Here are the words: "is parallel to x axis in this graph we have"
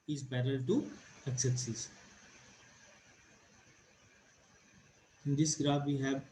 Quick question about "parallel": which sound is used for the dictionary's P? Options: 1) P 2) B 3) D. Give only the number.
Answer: 2